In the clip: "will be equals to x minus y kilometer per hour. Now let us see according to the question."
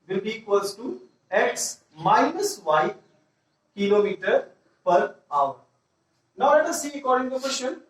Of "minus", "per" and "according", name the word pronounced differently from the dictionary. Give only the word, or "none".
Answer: none